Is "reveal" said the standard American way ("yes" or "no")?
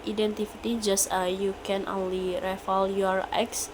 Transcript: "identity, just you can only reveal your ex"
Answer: no